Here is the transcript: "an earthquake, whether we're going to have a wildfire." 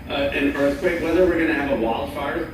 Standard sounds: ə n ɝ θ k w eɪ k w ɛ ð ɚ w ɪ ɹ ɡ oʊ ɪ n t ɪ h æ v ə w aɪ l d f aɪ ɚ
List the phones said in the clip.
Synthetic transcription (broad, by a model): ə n ɝ θ k w eɪ k w ɛ ð ɚ w ɪ ɹ ɡ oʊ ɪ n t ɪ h v ə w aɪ l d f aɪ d